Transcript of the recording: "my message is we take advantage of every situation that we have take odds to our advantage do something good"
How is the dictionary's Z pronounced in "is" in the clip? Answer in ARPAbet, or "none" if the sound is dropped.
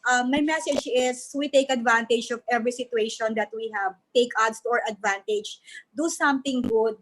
S